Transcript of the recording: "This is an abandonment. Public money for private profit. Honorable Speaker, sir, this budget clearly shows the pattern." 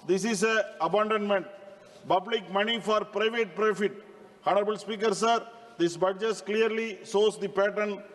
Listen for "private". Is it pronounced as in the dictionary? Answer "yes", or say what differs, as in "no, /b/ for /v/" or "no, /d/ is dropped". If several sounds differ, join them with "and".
yes